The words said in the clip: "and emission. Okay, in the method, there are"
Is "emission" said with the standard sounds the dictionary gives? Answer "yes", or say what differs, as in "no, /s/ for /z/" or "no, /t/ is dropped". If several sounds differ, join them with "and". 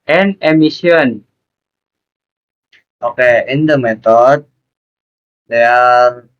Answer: no, /s/ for /ʃ/